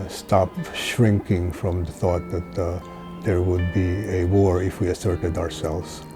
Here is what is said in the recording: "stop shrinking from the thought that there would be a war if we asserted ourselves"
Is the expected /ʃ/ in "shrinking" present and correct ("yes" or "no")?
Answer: yes